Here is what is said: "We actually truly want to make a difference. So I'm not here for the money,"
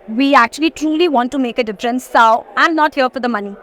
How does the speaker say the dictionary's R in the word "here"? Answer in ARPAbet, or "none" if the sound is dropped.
L